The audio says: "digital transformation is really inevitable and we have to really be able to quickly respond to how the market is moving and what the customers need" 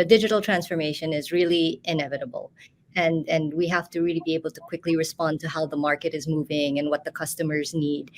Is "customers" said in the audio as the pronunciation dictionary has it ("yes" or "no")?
yes